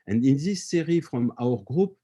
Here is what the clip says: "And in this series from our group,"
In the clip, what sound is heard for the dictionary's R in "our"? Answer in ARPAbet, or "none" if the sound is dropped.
R